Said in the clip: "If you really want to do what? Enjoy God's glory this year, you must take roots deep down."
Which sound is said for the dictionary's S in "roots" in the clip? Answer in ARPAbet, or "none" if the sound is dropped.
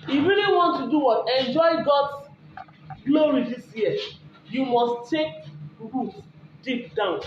none